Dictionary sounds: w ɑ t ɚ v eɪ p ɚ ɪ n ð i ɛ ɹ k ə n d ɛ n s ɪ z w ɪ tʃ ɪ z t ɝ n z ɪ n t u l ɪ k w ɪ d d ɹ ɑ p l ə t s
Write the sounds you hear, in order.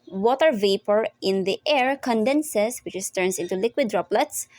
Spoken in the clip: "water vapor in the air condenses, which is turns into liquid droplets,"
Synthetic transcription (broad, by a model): w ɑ t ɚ v eɪ p ɚ ɪ n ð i ɛ ɹ k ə n d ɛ n s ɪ s w ɪ tʃ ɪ s t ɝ n s ɪ n t u l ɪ k w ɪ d d ɹ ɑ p l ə t s